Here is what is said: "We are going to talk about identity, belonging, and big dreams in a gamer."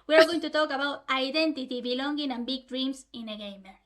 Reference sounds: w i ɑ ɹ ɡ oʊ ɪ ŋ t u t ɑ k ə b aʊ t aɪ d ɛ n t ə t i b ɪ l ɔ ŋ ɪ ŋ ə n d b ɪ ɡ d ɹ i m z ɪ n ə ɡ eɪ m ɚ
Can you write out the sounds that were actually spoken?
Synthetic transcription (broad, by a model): w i ɑ ɹ ɡ oʊ ɪ ŋ t u t ɑ k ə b aʊ t aɪ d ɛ n t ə t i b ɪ l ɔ ŋ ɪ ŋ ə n b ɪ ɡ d ɹ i m s ɪ n ə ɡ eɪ m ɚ